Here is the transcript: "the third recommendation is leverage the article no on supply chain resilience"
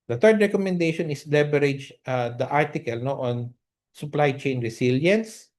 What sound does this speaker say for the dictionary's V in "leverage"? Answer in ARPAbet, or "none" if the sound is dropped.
B